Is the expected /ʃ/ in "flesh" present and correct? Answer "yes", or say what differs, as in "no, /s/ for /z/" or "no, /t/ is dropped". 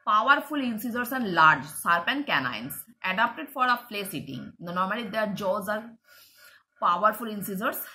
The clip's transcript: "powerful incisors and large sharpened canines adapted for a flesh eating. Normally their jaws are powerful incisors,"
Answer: no, /s/ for /ʃ/